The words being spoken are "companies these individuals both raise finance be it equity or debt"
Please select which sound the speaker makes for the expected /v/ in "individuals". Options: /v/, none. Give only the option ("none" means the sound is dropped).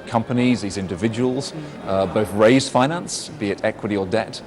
/v/